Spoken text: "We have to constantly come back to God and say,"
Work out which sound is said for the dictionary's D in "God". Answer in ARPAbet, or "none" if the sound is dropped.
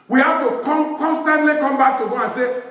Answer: none